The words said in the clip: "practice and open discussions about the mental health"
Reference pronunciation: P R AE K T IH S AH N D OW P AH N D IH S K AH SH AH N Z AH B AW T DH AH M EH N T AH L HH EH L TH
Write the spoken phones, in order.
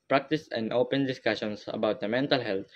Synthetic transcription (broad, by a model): P R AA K T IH S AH N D OW P AH N D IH S K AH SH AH N S AH B AW T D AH M EH N T AH L HH EH L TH